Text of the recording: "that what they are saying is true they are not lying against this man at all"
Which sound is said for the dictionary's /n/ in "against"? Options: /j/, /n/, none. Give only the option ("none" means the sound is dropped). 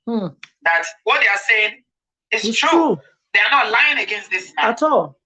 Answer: /n/